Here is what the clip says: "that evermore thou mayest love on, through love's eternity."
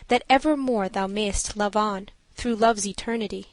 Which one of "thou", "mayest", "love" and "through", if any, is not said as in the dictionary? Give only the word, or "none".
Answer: none